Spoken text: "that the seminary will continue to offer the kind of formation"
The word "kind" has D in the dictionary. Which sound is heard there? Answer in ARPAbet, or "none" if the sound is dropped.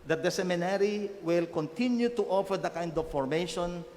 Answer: D